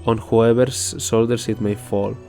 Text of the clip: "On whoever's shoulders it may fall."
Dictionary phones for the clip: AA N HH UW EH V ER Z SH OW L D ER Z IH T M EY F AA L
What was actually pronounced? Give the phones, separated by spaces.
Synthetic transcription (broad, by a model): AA N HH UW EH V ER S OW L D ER S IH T M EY F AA L